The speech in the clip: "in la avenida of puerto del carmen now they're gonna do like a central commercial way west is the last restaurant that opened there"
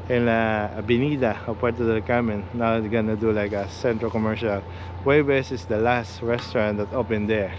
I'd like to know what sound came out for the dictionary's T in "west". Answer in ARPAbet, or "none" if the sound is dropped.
none